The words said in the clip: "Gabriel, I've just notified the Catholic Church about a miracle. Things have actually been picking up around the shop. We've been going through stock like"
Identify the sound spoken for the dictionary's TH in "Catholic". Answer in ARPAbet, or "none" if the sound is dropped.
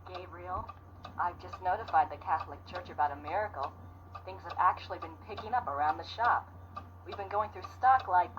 TH